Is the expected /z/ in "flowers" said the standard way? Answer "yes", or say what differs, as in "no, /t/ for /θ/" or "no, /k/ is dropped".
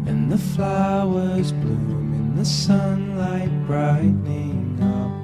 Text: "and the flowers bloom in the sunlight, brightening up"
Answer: yes